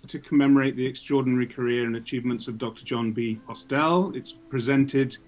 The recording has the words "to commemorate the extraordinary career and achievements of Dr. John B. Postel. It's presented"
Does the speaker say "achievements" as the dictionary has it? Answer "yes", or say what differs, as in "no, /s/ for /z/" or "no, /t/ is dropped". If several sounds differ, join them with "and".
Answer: yes